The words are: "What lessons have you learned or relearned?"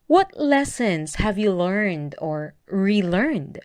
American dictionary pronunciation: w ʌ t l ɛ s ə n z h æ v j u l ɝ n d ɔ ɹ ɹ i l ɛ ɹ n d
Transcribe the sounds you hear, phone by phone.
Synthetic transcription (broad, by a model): w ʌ t l ɛ s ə n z h æ v j u l ɝ n d ɔ ɹ ɹ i l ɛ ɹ n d